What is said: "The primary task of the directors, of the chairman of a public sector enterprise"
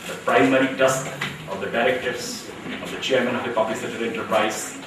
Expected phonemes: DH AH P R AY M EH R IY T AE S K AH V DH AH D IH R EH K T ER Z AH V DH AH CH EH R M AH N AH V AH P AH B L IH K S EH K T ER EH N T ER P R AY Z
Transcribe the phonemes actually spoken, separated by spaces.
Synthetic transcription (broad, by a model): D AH P R AY M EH R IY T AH S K AH V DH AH D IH R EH K T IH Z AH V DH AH CH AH R M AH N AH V AH P AH B L IH K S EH T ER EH N T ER P R AY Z